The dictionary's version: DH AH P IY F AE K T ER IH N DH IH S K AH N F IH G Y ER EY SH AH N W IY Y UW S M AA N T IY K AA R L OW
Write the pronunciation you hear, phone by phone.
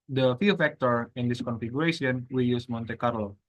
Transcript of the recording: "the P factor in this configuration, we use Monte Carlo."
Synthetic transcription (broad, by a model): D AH F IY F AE K T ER IH N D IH S K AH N F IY G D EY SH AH N W IY Y UW S M AA N T IY K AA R L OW